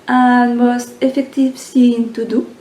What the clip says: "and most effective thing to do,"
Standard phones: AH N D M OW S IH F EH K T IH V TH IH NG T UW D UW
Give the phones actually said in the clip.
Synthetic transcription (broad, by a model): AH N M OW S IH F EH K T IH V S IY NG T UW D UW